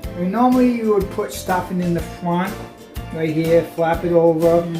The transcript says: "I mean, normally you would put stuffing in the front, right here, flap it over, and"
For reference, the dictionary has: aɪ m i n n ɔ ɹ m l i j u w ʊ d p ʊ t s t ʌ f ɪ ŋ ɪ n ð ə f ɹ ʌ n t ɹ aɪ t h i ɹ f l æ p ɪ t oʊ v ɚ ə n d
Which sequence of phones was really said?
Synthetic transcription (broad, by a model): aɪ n n ɔ ɹ m l i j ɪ w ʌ d p ʊ t s t ʌ f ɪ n ɪ n ð ə f ɹ ʌ n t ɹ aɪ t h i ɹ f l æ p ɪ t oʊ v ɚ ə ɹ